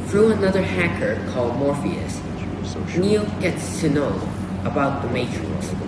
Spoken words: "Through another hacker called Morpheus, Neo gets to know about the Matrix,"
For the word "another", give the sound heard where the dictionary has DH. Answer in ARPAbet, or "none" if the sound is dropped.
DH